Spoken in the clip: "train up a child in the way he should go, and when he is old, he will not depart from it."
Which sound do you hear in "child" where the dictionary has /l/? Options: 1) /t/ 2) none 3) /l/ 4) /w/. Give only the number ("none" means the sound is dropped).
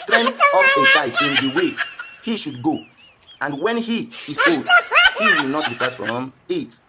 2